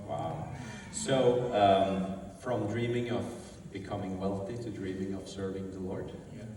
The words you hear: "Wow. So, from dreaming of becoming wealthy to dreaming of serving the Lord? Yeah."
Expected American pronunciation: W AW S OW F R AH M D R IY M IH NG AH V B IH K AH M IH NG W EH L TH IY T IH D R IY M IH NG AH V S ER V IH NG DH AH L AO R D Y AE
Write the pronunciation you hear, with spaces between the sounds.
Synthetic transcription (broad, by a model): W AW S OW F R AH M D R IY M IH NG AH V B IH K AH M IH NG W EH L TH IY T IH D R IY M IH NG AH V S ER V IH NG DH AH L AO R D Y